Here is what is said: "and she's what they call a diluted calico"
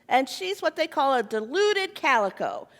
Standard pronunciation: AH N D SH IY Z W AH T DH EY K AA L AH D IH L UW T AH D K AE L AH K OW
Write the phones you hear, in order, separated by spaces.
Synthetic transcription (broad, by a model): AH N SH IY Z W AH T DH EY K AA L AH D IH L UW T AH D K AE L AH K OW